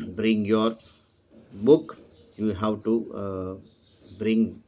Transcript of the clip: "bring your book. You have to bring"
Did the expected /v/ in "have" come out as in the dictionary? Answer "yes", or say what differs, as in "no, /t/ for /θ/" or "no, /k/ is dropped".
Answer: no, /w/ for /v/